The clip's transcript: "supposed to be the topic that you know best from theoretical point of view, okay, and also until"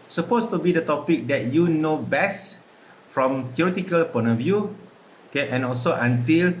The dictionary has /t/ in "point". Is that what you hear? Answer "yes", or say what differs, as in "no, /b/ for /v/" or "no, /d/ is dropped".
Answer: no, /t/ is dropped